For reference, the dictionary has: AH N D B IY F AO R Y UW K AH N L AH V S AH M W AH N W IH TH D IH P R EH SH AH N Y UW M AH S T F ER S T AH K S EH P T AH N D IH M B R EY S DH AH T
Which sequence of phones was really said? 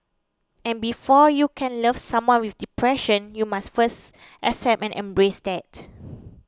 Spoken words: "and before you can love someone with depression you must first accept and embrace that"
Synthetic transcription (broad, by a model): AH N B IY F AO Y UW K AH N L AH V S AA M W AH N W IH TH D IH P R EH SH AH N Y UW M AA S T F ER S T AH S EH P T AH N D IH M B R EY S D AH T